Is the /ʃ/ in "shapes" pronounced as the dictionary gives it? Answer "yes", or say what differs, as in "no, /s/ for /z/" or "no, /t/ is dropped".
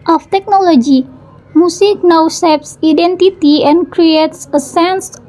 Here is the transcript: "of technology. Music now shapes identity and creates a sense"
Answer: no, /s/ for /ʃ/